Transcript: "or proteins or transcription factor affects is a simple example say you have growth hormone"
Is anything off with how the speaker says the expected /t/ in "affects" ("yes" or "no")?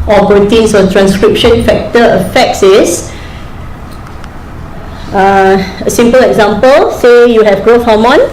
yes